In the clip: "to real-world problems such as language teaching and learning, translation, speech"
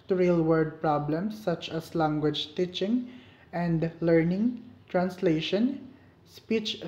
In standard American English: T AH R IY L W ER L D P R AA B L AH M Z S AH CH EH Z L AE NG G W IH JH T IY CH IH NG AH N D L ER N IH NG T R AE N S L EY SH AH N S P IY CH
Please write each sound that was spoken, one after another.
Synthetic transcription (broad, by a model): T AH R IY L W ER D P R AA B L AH M S AH CH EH S L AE NG G W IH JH T IY CH IH NG AH N D L ER N IH NG T R AE N S L EY SH AH N S P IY CH